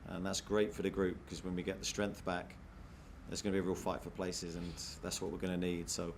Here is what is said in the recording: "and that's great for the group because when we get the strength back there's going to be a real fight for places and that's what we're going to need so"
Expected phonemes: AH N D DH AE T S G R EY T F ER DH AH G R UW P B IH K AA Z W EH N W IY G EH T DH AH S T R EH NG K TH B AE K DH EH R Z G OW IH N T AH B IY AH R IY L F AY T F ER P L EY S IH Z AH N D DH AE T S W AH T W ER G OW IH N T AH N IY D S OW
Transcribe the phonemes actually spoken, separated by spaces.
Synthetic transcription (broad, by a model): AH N DH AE T S G R EY T F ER DH AH G R UW P K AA Z W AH N W IY G EH T DH AH S T R EH NG K TH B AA K DH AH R Z G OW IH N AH B IY AH R IY L F AY T F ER P L EY S IH Z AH N DH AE T S W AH T W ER G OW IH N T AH N IY D S OW